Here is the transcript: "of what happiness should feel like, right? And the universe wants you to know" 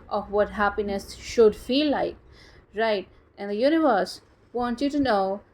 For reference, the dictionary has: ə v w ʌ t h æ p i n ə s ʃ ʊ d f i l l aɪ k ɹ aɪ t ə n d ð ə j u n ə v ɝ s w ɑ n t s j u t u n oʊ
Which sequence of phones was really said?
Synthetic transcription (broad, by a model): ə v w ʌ t h æ p i n ə s ʃ ʊ d f i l l aɪ k ɹ aɪ t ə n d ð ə j u n ə v ɝ s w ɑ n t j u t u n oʊ